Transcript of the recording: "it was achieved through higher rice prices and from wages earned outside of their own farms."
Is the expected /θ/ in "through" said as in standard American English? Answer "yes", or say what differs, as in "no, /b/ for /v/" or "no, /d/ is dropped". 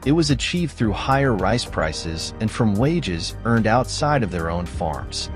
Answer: yes